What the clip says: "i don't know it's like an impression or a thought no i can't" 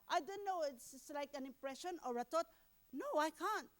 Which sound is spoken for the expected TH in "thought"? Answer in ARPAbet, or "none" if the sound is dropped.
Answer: T